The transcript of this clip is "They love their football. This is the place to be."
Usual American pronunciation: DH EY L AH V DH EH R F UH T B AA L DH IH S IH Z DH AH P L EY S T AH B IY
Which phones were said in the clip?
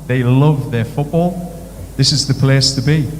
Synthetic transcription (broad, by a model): DH EY L AH V DH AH R F UH T B AA L DH IH S IH Z DH AH P L EY S T AH B IY